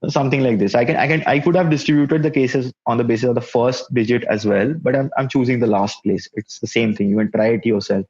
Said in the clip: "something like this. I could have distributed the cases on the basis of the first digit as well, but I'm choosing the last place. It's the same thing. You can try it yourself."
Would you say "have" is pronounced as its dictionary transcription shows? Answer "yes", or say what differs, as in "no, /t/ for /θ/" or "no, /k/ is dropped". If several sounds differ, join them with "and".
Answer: yes